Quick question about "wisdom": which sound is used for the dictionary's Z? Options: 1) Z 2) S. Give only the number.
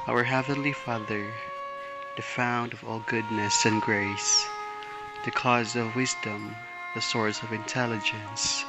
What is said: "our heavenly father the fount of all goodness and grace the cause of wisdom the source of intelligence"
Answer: 1